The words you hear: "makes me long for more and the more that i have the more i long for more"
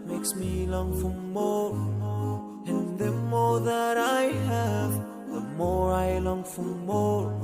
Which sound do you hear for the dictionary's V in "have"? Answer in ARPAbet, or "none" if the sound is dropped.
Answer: V